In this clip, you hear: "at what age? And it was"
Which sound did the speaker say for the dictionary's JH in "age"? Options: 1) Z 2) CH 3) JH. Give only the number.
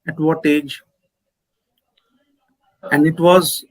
3